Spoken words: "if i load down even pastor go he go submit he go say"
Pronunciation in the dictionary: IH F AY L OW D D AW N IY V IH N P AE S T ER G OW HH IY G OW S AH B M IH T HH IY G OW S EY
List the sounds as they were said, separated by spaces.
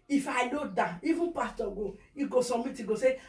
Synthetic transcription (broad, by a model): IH F AY N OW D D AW IY V IH N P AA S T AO G OW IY G OW S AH M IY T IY G OW S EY